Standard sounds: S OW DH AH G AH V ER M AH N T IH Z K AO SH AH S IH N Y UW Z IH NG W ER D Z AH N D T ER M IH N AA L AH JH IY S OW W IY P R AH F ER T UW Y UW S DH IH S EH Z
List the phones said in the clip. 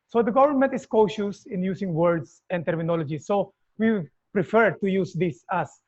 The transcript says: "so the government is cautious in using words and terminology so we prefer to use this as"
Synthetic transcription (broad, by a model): S OW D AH G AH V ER M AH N T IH S K AO SH AH S IH N Y UW S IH NG W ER D S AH N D T ER M IH N AA L AH JH IY S OW W IY P R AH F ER T UW Y UW S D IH S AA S